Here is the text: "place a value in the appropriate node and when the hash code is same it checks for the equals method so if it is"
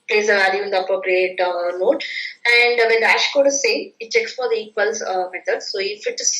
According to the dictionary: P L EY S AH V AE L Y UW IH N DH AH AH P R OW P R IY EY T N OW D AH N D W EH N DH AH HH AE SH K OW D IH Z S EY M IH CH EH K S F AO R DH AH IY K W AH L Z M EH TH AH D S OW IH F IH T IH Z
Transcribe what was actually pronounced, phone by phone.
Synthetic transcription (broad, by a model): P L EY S AH V AE L Y UW IH N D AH AH P R OW P R IY EY T N OW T AH N D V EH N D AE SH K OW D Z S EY IH CH EH K S F AO R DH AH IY K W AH L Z M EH T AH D S OW IH F IH T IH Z